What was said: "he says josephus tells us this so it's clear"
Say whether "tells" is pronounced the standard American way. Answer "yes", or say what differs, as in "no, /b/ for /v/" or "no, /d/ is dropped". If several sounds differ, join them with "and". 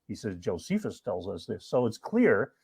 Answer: yes